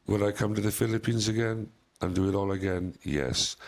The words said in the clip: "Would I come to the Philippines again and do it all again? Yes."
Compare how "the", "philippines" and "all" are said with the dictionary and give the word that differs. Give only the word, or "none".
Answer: none